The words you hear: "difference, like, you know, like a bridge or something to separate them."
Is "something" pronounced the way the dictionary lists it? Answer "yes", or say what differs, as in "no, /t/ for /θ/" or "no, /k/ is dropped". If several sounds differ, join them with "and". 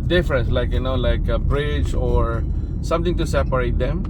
no, /t/ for /θ/